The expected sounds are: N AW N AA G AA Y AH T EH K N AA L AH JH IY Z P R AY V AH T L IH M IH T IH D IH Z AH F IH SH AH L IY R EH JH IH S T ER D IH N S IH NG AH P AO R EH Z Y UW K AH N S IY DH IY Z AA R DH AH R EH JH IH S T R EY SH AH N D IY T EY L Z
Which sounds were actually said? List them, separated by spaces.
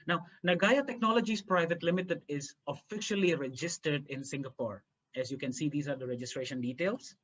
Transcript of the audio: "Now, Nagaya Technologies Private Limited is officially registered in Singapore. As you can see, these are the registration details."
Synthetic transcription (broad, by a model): N AW N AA G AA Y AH T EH K N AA L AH JH IY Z P R AY V AH T L IH M IH T IH D IH Z AH F IH SH AH L IY R EH JH IH S T ER D IH N S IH NG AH P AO R EH Z Y UW K AH N S IY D IY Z AA R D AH R EH JH IH S T R EY SH AH N D IY T EY L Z